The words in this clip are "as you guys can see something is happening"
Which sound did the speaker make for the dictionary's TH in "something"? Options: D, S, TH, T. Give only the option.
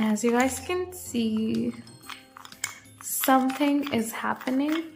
TH